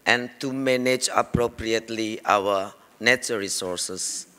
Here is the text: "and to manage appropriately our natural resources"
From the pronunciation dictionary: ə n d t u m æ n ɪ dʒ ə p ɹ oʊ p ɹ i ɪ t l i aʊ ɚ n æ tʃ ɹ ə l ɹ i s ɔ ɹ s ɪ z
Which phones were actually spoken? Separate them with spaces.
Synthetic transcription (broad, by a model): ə n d t u m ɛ n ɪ dʒ ə p ɹ oʊ p ɹ i ɪ t l i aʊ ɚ n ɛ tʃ ə ɹ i s ɔ ɹ s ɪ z